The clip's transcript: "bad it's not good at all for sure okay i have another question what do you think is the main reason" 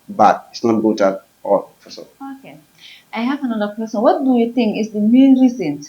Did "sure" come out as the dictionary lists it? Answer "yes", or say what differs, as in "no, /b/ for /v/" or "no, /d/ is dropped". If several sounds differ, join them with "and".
no, /s/ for /ʃ/